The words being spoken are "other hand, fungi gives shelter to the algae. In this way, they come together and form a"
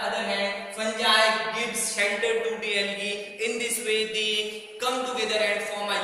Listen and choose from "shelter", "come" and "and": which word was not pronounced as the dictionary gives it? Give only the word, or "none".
shelter